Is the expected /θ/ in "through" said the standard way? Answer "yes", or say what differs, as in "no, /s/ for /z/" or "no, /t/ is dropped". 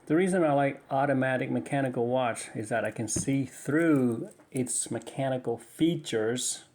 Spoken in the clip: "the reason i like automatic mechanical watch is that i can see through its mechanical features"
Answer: yes